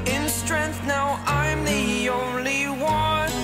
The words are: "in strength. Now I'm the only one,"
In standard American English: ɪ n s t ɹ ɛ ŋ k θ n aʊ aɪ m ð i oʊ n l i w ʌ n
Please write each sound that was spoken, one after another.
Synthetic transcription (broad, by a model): ɪ n s t ɹ ɛ ŋ k θ n aʊ aɪ m ð i oʊ n l i w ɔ